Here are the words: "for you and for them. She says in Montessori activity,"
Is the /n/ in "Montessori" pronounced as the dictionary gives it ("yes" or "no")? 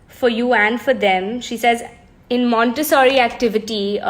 yes